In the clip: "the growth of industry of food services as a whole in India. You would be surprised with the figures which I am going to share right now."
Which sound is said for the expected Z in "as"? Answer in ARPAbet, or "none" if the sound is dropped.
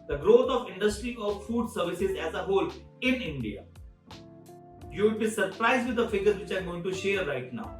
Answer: Z